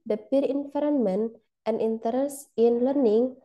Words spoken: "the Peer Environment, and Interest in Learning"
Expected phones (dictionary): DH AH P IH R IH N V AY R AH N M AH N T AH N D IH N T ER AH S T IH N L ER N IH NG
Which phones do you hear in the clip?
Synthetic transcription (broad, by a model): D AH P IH R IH N F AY R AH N M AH N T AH N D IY N T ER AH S IH N L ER N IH NG